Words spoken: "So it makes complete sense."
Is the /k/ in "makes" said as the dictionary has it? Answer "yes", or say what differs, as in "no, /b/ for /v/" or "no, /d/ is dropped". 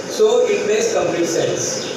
no, /k/ is dropped